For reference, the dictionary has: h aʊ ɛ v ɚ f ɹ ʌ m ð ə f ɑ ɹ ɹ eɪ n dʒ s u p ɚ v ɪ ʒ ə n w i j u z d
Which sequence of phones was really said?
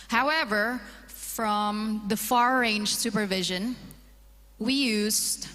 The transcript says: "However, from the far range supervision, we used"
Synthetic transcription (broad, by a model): h aʊ ɛ v ɚ f ɹ ʌ m ð ə f ɑ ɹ ɹ eɪ n dʒ s u p ɚ v ɪ ʒ ə n w i j u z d